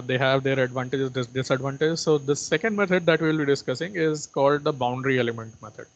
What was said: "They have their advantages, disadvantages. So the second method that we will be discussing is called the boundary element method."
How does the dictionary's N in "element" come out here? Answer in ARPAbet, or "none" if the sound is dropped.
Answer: N